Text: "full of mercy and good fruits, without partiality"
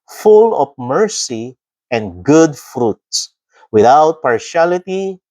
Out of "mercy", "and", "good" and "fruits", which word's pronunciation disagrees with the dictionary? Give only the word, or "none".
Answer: none